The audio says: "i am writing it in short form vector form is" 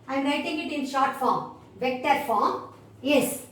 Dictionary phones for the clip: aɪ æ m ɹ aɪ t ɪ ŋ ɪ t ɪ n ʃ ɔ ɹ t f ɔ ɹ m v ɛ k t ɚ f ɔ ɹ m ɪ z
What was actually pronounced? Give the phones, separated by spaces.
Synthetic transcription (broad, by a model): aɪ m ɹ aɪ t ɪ ŋ ɪ t ɪ n ʃ ɔ ɹ t f ɔ ɹ m v ɛ k t ɚ f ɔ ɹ m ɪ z